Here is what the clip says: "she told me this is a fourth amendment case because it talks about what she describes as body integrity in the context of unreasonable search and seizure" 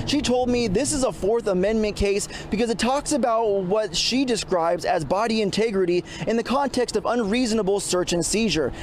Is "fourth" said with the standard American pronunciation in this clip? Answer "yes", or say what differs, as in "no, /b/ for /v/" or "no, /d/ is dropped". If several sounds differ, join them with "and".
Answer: yes